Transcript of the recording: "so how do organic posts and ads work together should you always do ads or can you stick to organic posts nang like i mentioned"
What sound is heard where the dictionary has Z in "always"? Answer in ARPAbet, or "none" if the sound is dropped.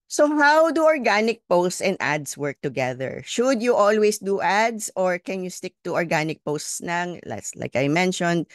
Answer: S